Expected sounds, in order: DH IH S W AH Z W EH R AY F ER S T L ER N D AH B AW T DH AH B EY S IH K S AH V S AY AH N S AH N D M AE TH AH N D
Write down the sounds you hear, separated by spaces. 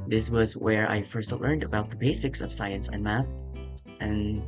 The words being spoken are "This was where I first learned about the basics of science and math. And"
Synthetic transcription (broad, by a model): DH IH S W AH Z W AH R AY F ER S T L ER N D AH B AW T DH AH B EY S IH K S AH V S AY AH N S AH N M AE TH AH N